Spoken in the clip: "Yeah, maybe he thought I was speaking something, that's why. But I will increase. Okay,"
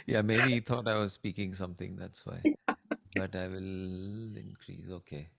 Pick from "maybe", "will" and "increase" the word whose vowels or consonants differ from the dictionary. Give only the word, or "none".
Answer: none